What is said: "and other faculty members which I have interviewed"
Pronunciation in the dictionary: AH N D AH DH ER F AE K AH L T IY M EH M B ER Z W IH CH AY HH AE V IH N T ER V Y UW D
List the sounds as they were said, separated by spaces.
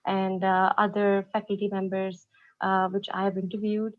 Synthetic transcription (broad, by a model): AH N D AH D ER F AE K AH L T IY M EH M B ER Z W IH CH AY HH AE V IH N T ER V Y UW D